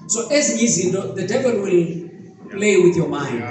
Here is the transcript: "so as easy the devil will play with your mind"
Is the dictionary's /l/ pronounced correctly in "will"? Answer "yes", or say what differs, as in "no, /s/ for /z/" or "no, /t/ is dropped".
yes